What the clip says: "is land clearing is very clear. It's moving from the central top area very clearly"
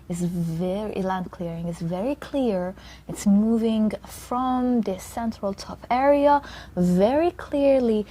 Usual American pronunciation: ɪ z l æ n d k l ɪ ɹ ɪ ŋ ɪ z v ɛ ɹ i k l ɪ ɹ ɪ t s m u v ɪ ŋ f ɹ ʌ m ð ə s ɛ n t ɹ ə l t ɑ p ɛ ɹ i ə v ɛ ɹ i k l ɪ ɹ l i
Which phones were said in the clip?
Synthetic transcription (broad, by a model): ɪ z l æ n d k l ɪ ɹ ɪ ŋ ɪ z v ɛ ɹ i k l ɪ ɹ ɪ t s m u v ɪ ŋ f ɹ ʌ m ð ə s ɛ n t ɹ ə l t ɑ p ɛ ɹ i ə v ɛ ɹ i k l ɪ ɹ l i